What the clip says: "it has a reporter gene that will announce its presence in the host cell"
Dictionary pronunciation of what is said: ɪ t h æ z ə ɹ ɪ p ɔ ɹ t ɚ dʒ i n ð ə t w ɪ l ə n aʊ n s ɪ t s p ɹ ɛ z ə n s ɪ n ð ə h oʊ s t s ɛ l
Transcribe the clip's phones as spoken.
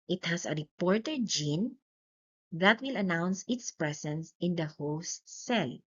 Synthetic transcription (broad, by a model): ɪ t h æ s ə ɹ ɪ p ɔ ɹ t ɚ dʒ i n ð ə t w ɪ l ə n aʊ n s ɪ t s p ɹ ɛ s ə n s ɪ n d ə h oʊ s s ɛ l